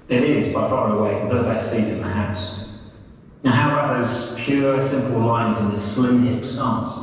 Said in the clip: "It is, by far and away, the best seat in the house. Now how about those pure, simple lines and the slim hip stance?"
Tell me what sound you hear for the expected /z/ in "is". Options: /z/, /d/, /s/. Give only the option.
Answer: /z/